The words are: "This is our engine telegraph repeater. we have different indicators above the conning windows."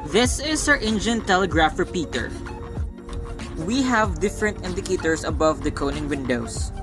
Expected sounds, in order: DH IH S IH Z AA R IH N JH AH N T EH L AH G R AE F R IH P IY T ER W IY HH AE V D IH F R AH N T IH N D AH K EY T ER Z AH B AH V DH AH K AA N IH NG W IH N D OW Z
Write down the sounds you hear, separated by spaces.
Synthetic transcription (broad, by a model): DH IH S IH S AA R IH N JH AH N T EH L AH G R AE F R P IY T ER W IY HH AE V D IH F R AH N T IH N D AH K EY T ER S AH B AH V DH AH K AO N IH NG W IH N D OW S